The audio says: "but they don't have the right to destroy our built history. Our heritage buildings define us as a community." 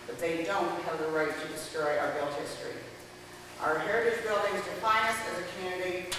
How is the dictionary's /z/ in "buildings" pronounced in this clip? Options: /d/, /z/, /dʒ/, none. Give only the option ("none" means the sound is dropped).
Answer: /z/